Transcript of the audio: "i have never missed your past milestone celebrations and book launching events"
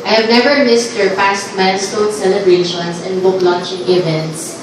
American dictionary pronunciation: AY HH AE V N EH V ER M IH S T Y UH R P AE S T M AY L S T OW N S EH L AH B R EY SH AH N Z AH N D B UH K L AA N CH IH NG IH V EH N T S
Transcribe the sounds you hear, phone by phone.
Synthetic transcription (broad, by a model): AY HH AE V N EH V ER M IH S T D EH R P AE S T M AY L S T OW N S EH L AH B R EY SH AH N S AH N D B UH K L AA N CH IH NG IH V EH N T S